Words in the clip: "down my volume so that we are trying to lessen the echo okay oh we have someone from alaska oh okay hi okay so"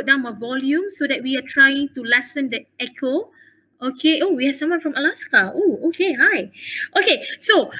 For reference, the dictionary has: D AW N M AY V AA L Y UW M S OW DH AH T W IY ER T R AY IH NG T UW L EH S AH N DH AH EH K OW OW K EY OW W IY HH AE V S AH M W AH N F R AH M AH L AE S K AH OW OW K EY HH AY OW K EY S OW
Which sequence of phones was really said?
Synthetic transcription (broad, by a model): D AW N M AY V AA L Y UW M S OW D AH T W IY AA T R AY IH NG T UW L EH S AH N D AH EH K OW OW K EY OW W IY HH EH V S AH M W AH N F R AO M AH L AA S K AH OW OW K EY HH AY OW K EY S OW